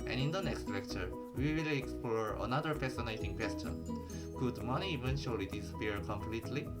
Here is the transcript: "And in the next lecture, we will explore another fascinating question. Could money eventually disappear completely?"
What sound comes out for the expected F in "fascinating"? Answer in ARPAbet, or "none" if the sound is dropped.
P